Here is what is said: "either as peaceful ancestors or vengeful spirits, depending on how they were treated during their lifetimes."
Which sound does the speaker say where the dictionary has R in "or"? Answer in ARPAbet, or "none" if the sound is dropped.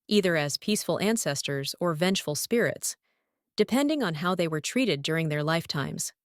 R